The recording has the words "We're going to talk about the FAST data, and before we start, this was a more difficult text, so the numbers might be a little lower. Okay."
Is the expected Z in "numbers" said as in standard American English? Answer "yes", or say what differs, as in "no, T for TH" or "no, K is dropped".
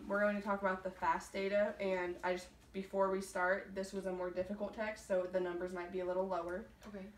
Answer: yes